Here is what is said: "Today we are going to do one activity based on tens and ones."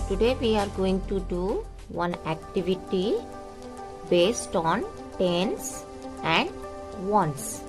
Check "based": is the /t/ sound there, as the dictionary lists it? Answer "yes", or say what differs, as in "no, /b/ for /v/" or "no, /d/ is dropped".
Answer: yes